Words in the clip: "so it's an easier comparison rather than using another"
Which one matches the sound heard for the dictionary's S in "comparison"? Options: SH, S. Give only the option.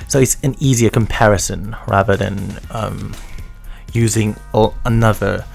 S